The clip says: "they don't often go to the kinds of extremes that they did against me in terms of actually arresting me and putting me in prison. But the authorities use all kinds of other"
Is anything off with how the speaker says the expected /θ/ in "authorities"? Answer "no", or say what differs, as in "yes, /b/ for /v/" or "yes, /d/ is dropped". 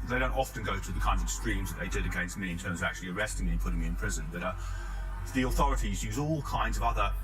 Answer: no